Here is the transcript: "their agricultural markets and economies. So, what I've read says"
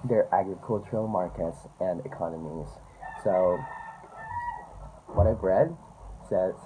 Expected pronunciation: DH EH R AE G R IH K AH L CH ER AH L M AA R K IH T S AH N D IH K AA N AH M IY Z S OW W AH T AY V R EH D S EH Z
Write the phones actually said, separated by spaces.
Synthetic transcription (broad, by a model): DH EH R AE G R IH K AH L CH ER AH L M AA R K IH T S AH N D IH K AA N AH M IY Z S OW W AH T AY B R EH D S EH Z